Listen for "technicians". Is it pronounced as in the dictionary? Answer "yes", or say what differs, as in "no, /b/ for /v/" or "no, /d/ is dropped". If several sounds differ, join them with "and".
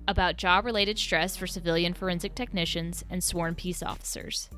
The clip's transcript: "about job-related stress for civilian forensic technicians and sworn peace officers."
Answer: yes